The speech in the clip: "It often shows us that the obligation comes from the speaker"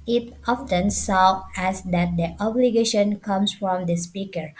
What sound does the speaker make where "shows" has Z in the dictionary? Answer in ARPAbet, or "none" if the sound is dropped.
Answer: none